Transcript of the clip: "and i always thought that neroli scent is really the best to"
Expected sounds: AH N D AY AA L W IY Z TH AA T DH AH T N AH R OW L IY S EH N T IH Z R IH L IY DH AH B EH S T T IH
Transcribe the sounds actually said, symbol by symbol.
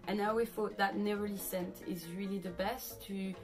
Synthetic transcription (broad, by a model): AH N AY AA W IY TH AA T DH AH T N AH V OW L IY S EH N T IH Z R IH L IY DH AH B EH S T T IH